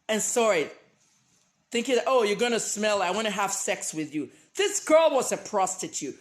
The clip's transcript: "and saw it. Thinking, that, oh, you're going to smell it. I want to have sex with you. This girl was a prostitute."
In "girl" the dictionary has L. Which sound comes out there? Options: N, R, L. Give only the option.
L